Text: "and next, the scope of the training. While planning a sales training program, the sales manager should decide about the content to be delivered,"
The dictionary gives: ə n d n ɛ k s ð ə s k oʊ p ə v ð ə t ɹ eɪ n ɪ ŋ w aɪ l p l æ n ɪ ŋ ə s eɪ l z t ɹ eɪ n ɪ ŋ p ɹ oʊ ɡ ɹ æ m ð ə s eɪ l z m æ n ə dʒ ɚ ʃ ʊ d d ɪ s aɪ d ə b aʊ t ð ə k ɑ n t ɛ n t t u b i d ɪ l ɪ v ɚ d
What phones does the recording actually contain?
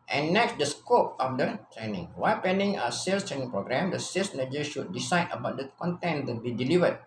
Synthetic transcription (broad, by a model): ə n n ɛ k s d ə s k oʊ p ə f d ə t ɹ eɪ n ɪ ŋ w aɪ l p ɛ n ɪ ŋ ə s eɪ l s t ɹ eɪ n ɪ ŋ p ɹ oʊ ɡ ɹ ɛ m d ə s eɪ l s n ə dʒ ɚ ʃ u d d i s aɪ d ə b aʊ t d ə k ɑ n t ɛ n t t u b i d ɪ l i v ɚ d